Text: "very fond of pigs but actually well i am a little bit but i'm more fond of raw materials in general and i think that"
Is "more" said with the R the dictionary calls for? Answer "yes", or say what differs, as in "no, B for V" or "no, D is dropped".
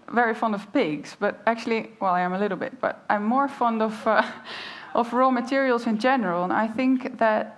yes